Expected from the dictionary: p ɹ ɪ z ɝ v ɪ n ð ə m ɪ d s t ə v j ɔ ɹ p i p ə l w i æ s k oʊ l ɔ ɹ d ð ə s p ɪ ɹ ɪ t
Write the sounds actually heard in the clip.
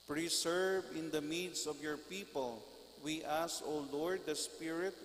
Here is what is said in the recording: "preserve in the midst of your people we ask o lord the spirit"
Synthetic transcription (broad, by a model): p ɹ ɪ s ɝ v ɪ n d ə m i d s ə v j ɔ ɹ p i p ə l w i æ s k oʊ l ɔ ɹ d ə s p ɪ ɹ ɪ t